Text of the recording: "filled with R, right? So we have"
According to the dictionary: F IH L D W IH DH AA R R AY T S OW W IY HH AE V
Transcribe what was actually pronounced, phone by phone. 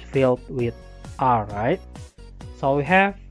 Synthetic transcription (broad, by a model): F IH L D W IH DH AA L R AY T S OW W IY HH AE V